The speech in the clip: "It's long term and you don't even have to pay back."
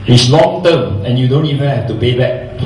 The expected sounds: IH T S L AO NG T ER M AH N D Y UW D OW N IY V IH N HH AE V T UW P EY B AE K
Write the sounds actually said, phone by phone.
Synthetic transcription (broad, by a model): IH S L AO NG T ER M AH N Y UW D OW N IY V IH N HH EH F T UW P EY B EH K